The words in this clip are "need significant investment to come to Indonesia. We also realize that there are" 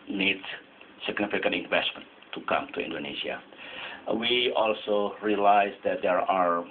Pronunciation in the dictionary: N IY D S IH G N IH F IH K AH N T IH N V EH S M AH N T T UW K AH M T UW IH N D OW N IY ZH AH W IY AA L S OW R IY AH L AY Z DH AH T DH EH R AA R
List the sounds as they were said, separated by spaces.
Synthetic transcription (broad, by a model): N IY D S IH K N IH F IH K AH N IH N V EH S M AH N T T UW K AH M T UW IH N D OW N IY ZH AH W IY AA L S OW R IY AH L AY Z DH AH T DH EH R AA R